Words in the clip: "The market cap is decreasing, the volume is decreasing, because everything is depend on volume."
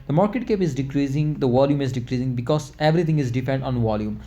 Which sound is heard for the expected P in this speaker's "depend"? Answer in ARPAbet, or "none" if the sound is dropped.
F